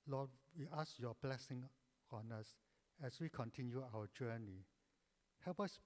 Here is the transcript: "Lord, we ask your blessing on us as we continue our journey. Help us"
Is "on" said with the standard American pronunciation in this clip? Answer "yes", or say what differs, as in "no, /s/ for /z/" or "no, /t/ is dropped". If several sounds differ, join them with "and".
yes